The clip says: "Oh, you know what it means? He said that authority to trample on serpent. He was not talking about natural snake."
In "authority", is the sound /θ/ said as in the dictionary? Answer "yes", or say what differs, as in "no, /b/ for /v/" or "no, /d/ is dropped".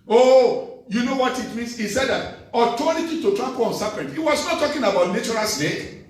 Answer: no, /t/ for /θ/